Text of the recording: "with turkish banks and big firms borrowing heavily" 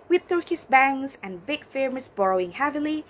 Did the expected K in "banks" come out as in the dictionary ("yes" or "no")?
no